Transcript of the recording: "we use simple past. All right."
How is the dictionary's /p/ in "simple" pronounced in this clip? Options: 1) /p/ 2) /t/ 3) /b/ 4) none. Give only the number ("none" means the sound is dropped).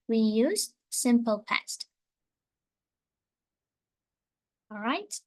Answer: 1